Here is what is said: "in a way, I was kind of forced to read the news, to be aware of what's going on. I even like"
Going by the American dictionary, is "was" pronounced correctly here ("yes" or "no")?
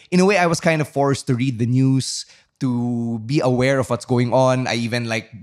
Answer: no